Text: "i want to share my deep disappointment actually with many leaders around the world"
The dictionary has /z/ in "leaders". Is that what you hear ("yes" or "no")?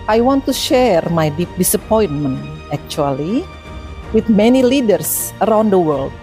no